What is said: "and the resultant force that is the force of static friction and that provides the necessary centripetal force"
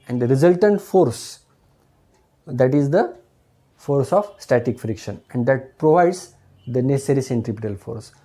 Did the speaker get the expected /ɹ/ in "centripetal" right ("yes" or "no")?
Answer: yes